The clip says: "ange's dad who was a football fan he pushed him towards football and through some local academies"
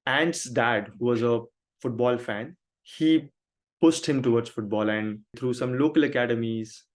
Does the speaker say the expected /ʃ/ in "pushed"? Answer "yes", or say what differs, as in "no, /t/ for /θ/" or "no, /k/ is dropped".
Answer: no, /s/ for /ʃ/